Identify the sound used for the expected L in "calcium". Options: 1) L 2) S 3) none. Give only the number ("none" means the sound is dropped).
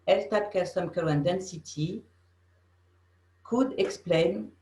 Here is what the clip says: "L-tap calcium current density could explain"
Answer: 3